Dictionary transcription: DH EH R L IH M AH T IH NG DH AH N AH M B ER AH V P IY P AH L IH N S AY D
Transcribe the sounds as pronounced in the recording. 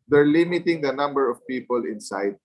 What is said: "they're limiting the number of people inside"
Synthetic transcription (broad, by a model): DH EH R L IH M AH T IH NG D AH N AH M B ER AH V P IY P AH L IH N S AY D